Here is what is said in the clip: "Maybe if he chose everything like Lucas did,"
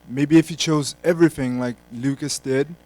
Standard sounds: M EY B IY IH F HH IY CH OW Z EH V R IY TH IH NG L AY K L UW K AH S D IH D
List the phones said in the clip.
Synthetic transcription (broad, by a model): M EY B IY IH F HH IY CH OW Z EH V R IY TH IH NG L AY K L UW K AH S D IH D